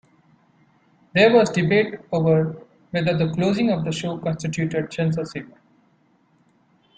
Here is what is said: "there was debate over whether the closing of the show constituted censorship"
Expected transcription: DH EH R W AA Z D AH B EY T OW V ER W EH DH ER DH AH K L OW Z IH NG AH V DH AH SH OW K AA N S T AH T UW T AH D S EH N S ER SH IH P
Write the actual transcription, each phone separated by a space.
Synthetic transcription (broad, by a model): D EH R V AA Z D AH B EY T OW V ER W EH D ER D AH K L OW Z IH NG AH V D AH SH OW K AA N S T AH T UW T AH D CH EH N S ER S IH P